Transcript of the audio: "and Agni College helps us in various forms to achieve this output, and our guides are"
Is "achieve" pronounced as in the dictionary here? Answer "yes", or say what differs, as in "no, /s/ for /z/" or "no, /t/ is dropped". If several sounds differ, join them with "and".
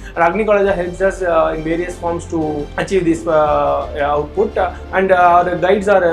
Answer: yes